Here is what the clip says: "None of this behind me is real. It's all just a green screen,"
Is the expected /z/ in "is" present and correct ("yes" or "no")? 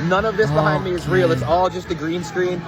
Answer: yes